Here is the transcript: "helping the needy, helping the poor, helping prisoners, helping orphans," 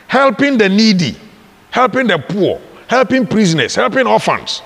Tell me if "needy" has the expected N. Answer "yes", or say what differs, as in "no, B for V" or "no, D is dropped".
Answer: yes